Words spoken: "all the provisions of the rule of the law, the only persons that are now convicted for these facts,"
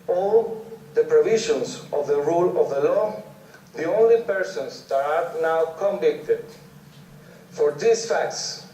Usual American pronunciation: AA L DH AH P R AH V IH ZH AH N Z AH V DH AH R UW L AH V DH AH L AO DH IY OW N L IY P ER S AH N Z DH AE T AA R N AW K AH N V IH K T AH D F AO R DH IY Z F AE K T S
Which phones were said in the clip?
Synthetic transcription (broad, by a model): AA L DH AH P R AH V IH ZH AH N S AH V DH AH R UW L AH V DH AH L AO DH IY OW N L IY P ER S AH N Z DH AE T AA R N AW K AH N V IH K T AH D F AO R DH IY S F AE K T S